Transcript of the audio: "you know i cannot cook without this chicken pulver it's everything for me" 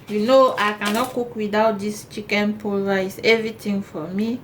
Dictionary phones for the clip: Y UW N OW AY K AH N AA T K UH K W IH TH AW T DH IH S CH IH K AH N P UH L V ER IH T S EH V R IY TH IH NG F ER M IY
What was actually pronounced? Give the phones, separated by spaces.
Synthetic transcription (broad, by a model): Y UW N OW AY K AH N AA T K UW K W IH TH AW T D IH S CH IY K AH N P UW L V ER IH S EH V R IY T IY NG F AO M IY